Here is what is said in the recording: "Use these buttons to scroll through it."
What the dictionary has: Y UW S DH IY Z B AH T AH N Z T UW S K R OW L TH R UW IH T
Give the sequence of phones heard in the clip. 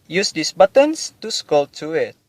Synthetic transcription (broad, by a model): Y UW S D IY S B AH T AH N S T UW S K OW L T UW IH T